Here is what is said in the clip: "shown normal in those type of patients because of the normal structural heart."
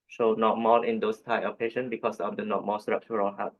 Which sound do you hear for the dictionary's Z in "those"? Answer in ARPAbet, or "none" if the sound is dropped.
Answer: S